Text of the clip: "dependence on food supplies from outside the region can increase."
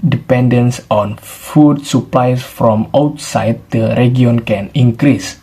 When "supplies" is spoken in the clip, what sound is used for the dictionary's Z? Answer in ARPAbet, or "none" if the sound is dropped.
S